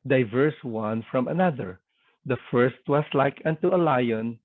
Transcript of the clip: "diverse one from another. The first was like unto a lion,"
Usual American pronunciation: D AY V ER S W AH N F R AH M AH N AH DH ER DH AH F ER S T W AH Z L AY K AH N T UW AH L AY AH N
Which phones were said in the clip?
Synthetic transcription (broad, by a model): D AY V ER S W AH N F R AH M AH N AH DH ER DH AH F ER S T W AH S L AY K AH N T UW AH L AY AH N